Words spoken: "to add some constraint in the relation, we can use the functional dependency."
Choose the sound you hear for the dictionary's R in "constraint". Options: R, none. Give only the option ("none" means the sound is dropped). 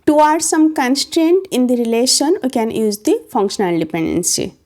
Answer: R